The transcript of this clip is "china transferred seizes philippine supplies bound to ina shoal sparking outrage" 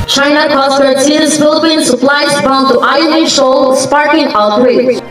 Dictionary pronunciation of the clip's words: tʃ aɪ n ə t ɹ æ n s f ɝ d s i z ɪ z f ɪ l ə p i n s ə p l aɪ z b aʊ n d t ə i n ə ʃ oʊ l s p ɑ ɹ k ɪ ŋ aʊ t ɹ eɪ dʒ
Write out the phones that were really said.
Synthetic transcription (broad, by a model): tʃ aɪ n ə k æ s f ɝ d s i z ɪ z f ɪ l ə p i n s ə p l aɪ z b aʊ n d t ə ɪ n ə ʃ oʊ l s p ɑ ɹ k ɪ ŋ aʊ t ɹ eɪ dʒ